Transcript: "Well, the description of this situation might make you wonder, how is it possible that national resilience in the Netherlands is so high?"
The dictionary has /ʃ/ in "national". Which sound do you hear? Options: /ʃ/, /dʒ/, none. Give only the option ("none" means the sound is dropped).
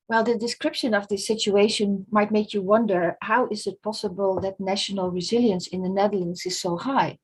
/ʃ/